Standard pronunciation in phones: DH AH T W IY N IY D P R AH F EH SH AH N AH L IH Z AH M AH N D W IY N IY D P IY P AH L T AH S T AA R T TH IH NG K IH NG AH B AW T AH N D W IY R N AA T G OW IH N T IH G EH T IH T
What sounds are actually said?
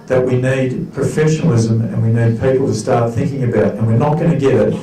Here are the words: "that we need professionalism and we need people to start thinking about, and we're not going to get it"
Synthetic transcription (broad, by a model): DH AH T W IY N IY D P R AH F EH SH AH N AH L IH Z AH M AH N W IY N IY D P IY P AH L T AH S T AA R T TH IH NG K IH NG AH B AW T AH N W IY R N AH T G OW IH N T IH G EH T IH T